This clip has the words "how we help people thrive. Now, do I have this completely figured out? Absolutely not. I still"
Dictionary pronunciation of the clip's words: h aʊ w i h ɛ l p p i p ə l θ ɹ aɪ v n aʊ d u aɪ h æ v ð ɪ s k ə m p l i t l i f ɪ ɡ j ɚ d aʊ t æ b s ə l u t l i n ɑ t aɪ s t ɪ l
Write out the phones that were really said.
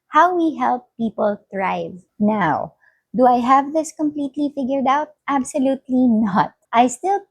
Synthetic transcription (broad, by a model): h aʊ w i h ɛ l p p i p ə l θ ɹ aɪ v n aʊ d u aɪ h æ v ð ɪ s k ə m p l i t l i f ɪ ɡ j ɚ d aʊ t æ b s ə l u t l i n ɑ t aɪ s t ɪ l